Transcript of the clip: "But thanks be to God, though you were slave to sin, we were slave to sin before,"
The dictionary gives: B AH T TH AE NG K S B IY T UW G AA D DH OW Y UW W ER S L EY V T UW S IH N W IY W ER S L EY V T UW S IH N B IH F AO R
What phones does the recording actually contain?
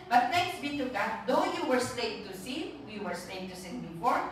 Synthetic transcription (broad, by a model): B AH T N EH K S B IY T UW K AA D OW Y UW W ER S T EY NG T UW S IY W IY W ER S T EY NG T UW S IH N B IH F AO R